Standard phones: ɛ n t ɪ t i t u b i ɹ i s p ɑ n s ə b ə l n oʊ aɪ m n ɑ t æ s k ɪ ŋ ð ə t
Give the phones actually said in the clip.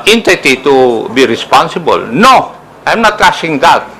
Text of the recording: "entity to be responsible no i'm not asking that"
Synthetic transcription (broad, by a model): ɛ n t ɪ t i t u b i ɹ i s p ɑ n s ə b ə l n oʊ aɪ m n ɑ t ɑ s ɪ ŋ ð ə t